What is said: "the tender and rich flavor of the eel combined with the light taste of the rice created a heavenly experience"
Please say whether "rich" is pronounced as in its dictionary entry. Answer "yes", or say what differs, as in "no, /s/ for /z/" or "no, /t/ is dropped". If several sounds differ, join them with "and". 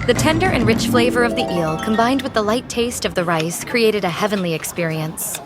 yes